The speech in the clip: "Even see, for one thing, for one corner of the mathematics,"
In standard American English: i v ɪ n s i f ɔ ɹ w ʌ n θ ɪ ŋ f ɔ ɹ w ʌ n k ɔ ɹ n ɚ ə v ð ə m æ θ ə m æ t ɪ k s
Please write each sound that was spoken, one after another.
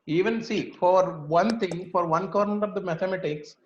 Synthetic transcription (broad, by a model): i v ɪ n s i f ɔ ɹ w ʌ n t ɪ ŋ f ɔ ɹ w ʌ n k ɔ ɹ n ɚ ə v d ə m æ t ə m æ t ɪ k s